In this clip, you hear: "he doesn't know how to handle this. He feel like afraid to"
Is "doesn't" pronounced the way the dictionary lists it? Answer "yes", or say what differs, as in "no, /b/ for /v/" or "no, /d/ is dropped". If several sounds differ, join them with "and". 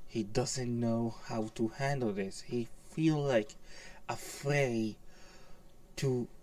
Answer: yes